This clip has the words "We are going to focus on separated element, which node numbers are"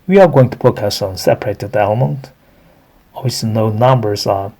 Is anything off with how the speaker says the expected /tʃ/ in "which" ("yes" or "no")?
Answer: yes